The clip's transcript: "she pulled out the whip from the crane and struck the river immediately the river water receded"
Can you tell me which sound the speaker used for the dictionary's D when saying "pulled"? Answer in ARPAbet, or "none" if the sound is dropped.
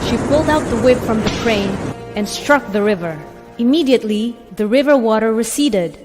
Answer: D